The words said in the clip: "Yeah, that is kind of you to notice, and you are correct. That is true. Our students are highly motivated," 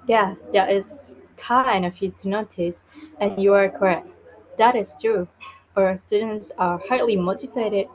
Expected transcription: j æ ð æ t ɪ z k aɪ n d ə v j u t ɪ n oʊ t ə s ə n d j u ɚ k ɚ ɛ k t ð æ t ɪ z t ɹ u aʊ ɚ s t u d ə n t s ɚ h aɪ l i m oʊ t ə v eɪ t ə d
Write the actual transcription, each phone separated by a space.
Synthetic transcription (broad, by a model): j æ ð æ t ɪ z k aɪ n ə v j u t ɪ n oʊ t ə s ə n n j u ɚ k ɚ ɛ k t ð æ t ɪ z t ɹ u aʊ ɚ s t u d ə n t s ɚ h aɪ l i m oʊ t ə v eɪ t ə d